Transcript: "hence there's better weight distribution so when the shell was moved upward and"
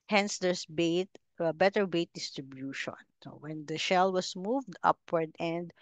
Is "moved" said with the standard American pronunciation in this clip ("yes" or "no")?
yes